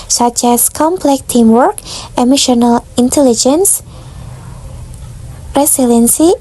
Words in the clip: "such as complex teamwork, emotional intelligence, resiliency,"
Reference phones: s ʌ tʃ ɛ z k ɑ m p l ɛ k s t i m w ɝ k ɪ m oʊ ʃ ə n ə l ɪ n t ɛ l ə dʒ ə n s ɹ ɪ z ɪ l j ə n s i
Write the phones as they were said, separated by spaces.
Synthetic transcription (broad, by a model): s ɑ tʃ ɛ s k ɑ m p l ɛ k t i m w ɝ k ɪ m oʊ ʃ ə n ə l ɪ n t ɛ l ə dʒ ə n s ɹ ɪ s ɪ l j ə n s i